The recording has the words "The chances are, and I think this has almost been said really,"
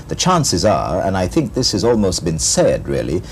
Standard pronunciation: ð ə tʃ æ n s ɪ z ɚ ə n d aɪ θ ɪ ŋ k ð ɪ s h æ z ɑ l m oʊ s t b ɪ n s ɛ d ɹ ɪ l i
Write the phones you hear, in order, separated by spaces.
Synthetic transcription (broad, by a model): ð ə tʃ æ n s ɪ z ɚ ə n aɪ θ ɪ ŋ k ð ɪ s h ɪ z ɑ l m oʊ s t b ɪ n s ɛ d ɹ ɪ l i